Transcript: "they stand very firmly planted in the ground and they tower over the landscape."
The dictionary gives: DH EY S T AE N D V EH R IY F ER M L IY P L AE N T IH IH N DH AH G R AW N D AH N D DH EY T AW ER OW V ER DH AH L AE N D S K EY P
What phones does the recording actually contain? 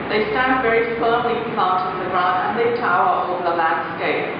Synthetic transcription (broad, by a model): DH EY S T AE N D V EH R IY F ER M L IY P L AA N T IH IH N DH AH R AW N AH N DH EY T AW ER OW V DH AH L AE N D S K EY P